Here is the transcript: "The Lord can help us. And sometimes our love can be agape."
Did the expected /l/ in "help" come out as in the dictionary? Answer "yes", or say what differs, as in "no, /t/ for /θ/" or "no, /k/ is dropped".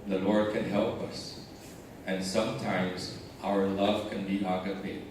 yes